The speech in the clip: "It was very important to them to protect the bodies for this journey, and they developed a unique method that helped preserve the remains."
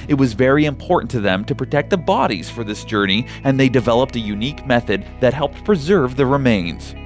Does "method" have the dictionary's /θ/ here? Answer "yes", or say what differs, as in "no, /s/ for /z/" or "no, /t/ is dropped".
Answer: yes